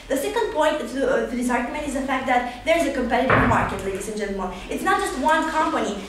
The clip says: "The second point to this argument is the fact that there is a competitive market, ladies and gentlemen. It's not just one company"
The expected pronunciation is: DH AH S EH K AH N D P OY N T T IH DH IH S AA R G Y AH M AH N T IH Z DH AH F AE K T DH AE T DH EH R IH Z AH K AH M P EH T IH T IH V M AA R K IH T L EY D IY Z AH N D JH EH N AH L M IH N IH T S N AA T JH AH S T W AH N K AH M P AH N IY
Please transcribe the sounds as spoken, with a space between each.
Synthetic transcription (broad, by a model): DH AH S EH K AH N D P OY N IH T IH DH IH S AA R G Y AH M AH N T IH Z DH AH F AE K T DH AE T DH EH R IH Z AH K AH M P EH T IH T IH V M AA R K IH T L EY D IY S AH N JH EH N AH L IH L IH T S N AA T JH AH S T W AH N K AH M P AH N IY